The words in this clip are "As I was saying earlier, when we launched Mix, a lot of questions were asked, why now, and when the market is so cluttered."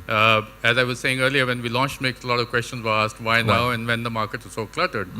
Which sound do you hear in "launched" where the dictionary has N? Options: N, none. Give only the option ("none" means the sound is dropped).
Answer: N